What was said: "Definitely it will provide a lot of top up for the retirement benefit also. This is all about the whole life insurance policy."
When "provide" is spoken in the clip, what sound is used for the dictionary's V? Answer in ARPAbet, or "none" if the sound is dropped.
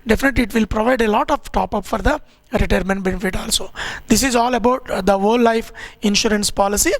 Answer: V